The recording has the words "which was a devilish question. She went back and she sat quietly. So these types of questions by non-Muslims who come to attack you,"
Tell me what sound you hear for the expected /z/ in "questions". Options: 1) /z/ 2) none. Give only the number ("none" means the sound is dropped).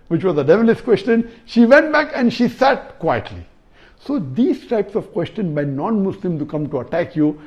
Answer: 2